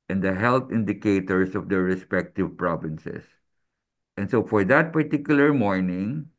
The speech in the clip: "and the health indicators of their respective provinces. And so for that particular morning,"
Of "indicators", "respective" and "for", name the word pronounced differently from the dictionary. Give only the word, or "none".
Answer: indicators